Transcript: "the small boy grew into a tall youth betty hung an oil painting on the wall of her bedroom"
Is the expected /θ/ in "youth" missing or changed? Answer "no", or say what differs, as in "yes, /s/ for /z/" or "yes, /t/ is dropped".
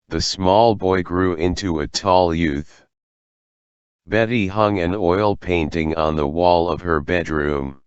no